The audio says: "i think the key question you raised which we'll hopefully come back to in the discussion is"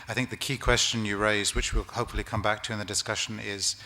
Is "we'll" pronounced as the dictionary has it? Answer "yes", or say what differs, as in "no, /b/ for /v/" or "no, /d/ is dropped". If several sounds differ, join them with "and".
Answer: yes